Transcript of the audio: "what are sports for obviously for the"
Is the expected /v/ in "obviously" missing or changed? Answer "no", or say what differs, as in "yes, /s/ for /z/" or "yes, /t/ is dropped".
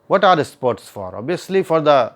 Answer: yes, /v/ is dropped